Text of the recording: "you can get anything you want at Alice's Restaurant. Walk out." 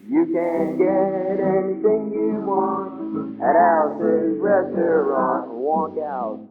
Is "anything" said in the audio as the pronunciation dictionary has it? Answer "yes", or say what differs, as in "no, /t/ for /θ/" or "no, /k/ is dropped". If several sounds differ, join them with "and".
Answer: yes